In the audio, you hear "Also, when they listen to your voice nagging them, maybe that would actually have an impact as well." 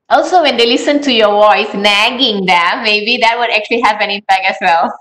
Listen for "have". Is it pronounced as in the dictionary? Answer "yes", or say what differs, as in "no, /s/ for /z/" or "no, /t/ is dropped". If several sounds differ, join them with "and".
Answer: no, /p/ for /v/